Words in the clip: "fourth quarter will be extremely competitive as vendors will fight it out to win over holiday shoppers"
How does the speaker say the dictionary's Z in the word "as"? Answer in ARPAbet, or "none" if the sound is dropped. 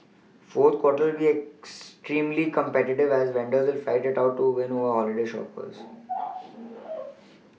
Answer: Z